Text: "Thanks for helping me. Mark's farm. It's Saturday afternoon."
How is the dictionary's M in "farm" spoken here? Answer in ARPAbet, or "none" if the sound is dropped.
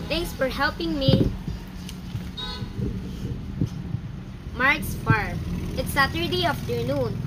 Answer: none